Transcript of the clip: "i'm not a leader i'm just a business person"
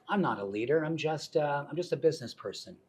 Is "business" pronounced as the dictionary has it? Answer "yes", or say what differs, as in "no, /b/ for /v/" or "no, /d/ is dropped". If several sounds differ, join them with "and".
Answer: yes